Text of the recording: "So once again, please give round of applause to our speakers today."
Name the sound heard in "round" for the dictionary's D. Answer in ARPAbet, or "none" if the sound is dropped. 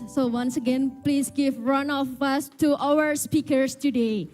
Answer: none